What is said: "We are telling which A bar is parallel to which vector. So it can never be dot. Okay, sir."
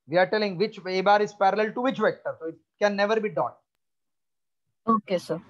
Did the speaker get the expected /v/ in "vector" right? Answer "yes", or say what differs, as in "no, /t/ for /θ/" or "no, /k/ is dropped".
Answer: yes